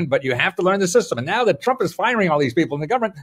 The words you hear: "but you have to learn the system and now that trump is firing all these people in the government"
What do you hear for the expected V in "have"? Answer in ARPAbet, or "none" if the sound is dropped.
F